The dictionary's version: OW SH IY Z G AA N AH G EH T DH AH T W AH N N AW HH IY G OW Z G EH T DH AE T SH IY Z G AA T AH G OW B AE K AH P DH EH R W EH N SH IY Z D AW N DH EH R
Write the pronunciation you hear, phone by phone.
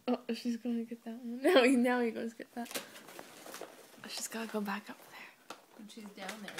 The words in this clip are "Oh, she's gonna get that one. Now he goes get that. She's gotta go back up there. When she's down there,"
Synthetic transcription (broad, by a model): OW SH IY Z G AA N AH G EH T DH AH T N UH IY N AW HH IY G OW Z G EH T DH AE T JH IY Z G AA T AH G OW B AE K AH P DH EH R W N SH IY Z D AW N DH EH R